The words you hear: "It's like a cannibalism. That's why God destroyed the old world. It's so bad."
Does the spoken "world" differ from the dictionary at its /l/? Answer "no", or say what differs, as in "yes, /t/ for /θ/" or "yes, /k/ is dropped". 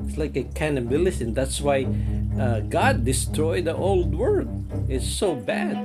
yes, /l/ is dropped